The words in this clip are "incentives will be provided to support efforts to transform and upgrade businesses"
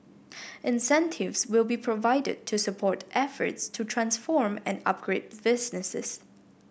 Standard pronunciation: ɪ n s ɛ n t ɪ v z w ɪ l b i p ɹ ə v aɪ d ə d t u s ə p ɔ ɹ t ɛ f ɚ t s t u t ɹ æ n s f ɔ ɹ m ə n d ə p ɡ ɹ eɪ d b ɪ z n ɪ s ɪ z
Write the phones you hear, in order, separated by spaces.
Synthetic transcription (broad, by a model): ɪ n s ɛ n t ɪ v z w ɪ l b i p ɹ ə v aɪ d ə d t u s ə p ɔ ɹ t ɛ f ɚ t s t u t ɹ æ n s f ɔ ɹ m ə n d ə p ɡ ɹ eɪ d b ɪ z n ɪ s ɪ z